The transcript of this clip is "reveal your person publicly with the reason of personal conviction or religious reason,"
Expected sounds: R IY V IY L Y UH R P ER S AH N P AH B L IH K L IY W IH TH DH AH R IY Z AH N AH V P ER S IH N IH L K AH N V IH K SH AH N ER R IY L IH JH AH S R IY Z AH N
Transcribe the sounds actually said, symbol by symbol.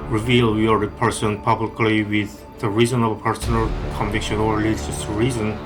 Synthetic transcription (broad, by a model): R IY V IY L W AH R P ER S AH N P AH B L IH K L IY W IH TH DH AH R IY Z AH N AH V P ER S IH N IH L K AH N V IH K SH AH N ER L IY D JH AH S R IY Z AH N